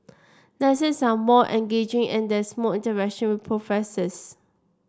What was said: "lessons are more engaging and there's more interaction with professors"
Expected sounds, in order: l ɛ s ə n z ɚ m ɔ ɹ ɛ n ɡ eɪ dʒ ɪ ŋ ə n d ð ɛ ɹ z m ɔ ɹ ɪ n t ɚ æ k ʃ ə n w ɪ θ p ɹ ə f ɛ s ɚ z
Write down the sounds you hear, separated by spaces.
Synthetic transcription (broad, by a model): n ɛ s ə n s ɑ m ɔ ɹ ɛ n ɡ eɪ dʒ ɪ ŋ ə n d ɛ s m ɔ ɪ n t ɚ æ k ʃ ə n w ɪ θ p ɹ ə f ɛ s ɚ s